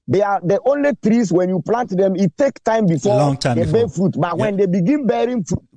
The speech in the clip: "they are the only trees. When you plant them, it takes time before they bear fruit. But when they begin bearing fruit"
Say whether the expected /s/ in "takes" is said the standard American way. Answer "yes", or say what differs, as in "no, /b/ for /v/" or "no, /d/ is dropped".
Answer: no, /s/ is dropped